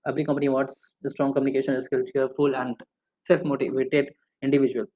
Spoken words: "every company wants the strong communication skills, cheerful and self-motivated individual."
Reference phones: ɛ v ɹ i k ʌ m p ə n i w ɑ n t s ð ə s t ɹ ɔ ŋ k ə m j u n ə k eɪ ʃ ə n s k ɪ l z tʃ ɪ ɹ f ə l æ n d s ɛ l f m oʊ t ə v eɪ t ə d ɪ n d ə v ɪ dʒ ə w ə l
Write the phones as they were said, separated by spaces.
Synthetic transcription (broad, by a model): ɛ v ɹ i k ʌ m p ə n i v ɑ t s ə s t ɹ ɔ ŋ k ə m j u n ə k eɪ ʃ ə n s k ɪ l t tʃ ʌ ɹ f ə l æ n d s ɛ l f m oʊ t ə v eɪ t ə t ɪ n d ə v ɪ dʒ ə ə l